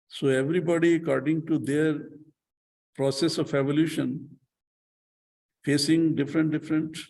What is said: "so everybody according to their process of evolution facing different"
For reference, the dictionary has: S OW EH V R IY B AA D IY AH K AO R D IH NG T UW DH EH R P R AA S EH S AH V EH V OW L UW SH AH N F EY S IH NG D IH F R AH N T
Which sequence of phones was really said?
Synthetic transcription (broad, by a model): S OW EH V R IY B AA D IY AH K AO R D IH NG T UW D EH R P R AA S EH S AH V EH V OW L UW SH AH N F EY S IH NG D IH F R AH N T